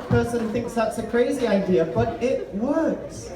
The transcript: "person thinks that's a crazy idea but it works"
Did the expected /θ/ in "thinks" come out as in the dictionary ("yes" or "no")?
yes